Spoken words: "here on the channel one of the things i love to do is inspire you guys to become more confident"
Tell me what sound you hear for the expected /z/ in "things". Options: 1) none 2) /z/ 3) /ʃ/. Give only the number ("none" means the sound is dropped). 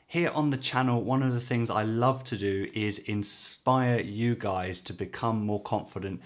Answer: 2